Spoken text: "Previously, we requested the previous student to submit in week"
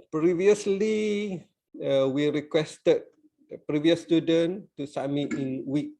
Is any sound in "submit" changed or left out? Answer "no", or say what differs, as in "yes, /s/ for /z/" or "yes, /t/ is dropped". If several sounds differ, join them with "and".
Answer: yes, /b/ is dropped